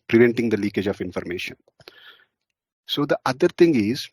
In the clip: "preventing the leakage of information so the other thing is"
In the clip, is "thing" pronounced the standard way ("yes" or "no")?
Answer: no